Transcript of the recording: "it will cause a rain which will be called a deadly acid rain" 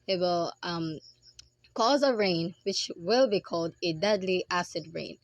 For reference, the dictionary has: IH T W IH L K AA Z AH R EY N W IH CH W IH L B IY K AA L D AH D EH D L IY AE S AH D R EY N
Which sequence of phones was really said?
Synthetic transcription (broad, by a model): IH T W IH L K AA Z AH R EY N W IH CH W IH L B IY K AA L D AH D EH D L IY AE S AH D R EY N